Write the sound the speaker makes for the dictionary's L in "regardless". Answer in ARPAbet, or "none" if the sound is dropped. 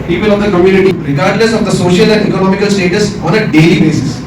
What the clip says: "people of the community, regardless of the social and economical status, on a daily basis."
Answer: N